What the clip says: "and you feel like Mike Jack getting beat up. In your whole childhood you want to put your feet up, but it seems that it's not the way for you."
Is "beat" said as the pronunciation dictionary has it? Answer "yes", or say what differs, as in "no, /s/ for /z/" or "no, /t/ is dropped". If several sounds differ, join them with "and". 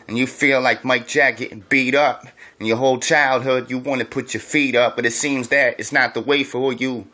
yes